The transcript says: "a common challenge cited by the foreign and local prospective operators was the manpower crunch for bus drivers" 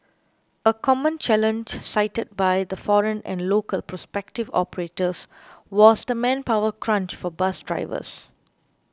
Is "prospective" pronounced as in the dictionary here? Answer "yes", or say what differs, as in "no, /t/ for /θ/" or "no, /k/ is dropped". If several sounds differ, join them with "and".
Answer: yes